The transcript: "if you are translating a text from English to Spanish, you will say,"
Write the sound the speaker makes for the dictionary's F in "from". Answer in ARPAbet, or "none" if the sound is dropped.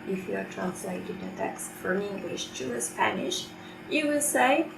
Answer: F